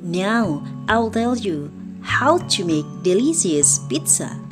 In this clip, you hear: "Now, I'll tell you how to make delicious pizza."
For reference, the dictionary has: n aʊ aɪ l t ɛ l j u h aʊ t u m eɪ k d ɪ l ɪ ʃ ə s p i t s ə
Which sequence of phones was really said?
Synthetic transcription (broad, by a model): n aʊ aɪ l t ɛ l j u h aʊ t u m eɪ k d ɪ l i s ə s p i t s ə